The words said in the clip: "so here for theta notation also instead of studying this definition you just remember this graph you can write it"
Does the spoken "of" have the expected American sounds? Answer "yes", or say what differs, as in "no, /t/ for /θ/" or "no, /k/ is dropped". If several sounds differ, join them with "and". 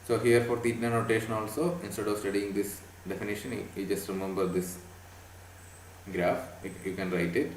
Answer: yes